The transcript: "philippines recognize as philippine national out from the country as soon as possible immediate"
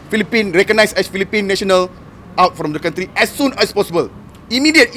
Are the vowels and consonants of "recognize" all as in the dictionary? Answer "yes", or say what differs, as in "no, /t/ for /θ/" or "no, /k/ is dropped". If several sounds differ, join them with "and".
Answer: no, /s/ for /z/